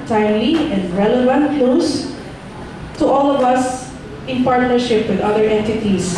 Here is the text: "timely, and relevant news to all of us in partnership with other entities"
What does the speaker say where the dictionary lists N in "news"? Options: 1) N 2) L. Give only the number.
2